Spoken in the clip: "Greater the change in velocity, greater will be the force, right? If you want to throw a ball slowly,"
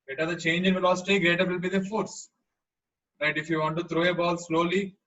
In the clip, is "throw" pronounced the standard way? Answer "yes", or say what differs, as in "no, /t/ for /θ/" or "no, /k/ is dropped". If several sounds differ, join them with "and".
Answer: no, /t/ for /θ/